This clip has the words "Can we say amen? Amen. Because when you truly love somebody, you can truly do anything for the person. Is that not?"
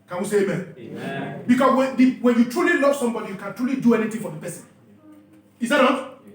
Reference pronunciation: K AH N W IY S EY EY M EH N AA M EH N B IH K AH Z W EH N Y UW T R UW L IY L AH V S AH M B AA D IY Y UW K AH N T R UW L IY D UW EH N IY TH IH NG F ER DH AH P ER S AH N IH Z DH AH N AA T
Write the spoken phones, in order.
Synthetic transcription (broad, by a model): K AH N W IY S EY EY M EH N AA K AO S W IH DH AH W EH N Y UW T R UW L IY L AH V S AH M B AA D IY Y UW K AH N T R UW L IY D UW EH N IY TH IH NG F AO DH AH P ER S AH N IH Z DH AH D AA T